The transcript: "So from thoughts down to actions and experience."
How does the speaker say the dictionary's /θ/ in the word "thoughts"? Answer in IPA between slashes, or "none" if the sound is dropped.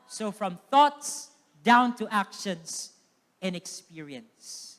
/θ/